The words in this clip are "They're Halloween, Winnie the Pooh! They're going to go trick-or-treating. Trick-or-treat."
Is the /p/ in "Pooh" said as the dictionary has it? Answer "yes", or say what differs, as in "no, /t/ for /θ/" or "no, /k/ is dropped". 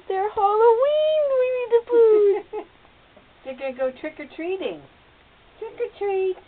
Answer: no, /f/ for /p/